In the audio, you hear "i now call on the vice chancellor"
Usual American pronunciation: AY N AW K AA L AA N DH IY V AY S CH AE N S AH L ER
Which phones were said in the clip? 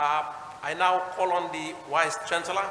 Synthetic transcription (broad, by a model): AY N AW K AA L AA N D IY W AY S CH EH N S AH L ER